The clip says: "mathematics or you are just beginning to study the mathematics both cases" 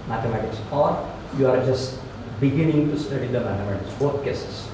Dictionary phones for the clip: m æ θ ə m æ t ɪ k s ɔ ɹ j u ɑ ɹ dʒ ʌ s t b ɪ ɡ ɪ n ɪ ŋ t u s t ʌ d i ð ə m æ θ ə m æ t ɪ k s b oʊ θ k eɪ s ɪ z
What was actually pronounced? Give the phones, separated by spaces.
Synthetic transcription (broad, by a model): m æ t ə m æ t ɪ k s ɔ ɹ j u ɑ ɹ dʒ ʌ s t b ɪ ɡ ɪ n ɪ ŋ t u s t ʌ d i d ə m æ t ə m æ t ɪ k s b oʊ t k eɪ s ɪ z